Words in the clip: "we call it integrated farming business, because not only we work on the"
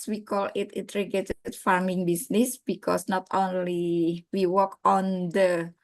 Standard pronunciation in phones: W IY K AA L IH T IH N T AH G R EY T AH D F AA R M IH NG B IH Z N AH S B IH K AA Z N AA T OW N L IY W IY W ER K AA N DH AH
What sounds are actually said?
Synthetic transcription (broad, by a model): W IY K AA L IH T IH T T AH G EY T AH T F AA R M IH NG B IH S N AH S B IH K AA S N AA T OW N L IY W IY W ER K AA N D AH